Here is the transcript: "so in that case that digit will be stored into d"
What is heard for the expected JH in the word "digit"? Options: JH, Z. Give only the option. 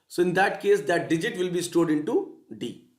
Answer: JH